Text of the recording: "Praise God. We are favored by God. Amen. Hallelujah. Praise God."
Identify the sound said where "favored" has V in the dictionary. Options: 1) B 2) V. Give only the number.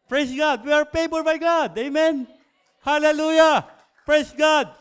1